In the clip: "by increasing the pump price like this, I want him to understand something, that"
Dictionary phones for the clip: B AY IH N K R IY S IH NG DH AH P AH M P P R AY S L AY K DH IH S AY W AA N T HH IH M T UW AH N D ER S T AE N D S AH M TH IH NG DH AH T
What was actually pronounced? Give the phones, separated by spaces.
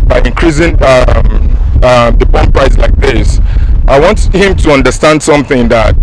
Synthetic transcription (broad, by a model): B AY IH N K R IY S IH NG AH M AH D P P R AY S L AY K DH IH S AY W AA N T HH IH M T UW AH N D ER S T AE N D S AH M TH IH NG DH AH T